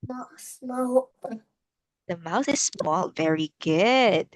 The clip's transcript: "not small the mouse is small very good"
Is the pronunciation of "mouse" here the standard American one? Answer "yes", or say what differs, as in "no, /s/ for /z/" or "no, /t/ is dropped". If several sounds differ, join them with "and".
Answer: no, /θ/ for /s/